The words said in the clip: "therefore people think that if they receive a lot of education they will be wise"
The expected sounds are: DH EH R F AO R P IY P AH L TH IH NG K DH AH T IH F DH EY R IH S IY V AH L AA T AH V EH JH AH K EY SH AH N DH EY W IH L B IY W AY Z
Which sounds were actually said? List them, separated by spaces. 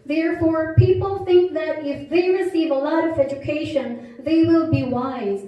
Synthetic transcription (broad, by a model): DH EH R F AO R P IY P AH L TH IH NG K DH AH T IH F DH EY R IH S IY V AH L AA T AH V EH JH AH K EY SH AH N DH EY W IH L B IY W AY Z